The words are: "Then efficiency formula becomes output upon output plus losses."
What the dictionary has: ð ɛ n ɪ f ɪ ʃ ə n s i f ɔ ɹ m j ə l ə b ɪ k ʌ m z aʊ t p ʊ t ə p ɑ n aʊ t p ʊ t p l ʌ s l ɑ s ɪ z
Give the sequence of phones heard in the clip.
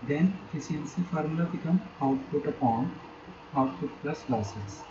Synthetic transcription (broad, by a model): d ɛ n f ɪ s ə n s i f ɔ ɹ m l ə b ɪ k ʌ m aʊ t p ʊ t ə p ɑ n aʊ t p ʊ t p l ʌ s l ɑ s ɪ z